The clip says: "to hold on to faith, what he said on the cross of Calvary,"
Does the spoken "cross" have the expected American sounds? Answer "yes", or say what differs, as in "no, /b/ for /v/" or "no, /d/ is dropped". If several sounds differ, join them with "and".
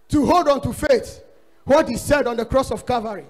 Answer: yes